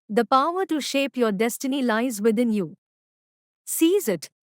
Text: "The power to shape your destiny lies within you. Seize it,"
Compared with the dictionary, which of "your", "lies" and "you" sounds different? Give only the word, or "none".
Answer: none